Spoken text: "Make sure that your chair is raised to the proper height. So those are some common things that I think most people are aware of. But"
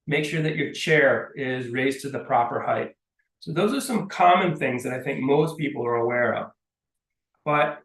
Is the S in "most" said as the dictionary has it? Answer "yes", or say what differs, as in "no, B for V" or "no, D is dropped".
yes